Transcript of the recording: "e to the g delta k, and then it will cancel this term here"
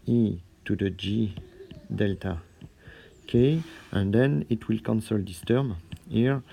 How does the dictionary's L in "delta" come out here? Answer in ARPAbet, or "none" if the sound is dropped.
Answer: L